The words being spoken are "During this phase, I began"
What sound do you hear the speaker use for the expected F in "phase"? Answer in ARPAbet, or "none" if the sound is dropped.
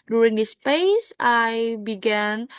P